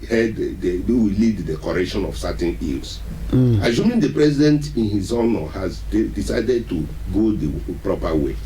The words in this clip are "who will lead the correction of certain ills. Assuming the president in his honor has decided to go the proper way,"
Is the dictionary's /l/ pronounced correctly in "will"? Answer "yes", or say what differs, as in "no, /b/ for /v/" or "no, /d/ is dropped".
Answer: no, /w/ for /l/